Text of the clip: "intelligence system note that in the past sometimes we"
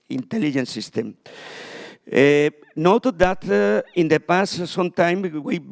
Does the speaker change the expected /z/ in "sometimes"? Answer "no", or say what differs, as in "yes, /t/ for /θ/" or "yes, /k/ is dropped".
yes, /z/ is dropped